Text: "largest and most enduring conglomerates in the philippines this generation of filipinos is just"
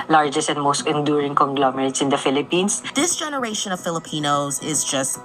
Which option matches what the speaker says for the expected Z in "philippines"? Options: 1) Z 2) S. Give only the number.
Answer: 2